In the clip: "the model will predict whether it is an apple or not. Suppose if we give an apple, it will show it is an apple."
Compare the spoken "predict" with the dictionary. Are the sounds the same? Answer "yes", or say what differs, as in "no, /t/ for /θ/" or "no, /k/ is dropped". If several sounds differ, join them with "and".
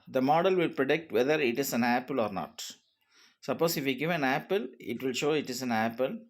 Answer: yes